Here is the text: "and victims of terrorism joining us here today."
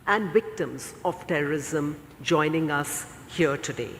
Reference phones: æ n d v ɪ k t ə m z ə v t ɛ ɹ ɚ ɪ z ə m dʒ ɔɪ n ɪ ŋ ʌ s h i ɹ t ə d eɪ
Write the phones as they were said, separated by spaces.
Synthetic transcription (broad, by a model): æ n d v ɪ k t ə m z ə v t ɛ ɹ ɚ ɪ z ə m dʒ ɔɪ n ɪ ŋ ʌ s h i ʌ t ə d eɪ